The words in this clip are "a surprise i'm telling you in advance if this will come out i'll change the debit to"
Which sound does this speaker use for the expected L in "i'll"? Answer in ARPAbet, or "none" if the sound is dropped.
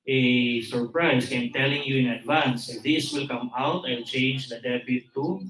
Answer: N